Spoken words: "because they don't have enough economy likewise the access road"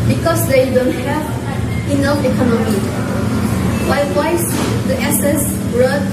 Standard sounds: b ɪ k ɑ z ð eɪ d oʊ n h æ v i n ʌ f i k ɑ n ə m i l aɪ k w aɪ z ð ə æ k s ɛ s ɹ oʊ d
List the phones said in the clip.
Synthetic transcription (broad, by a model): b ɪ k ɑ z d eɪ d oʊ n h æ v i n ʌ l i k ɑ n ə m i w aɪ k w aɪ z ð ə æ s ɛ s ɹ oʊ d